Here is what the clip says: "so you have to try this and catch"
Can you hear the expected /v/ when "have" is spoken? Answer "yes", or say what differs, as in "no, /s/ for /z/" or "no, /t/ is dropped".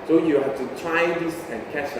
no, /f/ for /v/